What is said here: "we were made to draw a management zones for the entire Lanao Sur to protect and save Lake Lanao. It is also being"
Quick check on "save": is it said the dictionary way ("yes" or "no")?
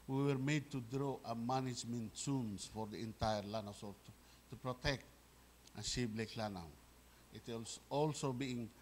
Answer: no